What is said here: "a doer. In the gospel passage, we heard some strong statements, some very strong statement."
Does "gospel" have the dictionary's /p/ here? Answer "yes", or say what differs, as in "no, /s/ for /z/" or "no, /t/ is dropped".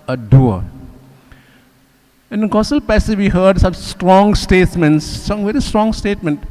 no, /p/ is dropped